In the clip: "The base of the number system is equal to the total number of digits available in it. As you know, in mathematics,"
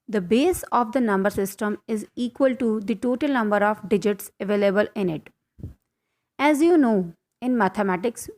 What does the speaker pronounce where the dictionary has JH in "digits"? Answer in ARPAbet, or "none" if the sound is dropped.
JH